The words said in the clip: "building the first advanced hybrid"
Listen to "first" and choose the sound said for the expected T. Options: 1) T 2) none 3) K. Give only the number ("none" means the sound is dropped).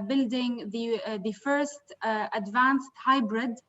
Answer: 1